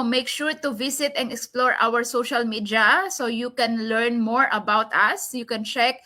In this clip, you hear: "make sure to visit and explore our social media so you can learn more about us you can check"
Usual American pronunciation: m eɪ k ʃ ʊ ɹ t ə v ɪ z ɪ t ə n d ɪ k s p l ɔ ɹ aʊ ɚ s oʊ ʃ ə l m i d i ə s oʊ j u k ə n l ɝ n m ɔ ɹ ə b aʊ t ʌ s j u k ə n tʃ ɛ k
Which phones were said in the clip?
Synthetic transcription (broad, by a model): m eɪ k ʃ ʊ ɹ t ə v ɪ s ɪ t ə n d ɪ k s p l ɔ ɹ aʊ ɚ s oʊ ʃ ə l m i d i ə s oʊ j u k ə n l ɝ n m ɔ ɹ ə b aʊ t ʌ s j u k ə n tʃ ɛ k